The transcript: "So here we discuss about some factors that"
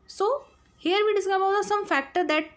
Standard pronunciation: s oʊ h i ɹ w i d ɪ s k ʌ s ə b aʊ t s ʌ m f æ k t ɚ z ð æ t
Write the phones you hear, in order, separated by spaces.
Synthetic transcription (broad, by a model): s oʊ h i ɹ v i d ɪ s ʌ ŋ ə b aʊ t s ʌ m f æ k t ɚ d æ t